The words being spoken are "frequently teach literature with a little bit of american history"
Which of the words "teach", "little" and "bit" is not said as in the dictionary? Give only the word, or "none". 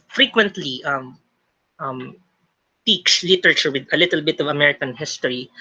teach